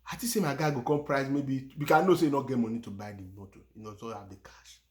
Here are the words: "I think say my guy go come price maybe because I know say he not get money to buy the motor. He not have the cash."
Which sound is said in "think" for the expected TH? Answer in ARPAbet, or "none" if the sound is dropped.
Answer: T